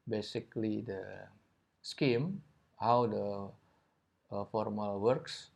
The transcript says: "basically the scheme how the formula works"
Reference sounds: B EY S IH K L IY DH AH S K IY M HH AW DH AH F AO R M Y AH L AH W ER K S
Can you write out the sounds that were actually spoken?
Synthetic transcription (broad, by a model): B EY S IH K L IY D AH S K IY M HH AW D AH F AO R M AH L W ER K S